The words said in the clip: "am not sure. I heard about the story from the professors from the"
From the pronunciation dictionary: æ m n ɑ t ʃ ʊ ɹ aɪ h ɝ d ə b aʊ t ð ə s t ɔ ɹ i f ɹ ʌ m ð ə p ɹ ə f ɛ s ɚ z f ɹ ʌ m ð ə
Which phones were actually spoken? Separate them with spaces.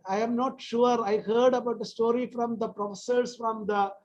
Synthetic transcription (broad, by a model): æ m n ɑ t ʃ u ɹ aɪ h ɝ d ə b aʊ t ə s t ɔ ɹ i f ɹ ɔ m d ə p ɹ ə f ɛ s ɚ s f ɹ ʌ m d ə